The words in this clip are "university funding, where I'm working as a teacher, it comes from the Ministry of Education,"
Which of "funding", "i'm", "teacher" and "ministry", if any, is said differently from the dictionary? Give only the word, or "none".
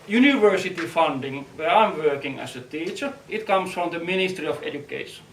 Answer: none